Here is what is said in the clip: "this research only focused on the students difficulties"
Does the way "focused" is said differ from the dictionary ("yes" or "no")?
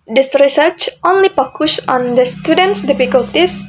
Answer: yes